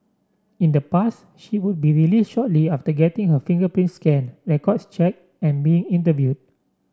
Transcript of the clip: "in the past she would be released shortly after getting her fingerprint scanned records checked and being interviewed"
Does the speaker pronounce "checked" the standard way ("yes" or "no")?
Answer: no